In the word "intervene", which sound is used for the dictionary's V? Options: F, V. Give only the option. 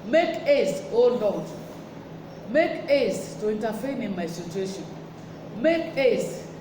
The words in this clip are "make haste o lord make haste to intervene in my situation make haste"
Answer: F